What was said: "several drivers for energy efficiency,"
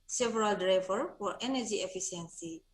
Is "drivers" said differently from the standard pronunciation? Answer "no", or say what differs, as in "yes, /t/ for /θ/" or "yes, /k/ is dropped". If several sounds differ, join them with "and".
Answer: yes, /z/ is dropped